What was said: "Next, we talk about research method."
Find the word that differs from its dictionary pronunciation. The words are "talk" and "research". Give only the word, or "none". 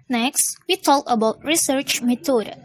none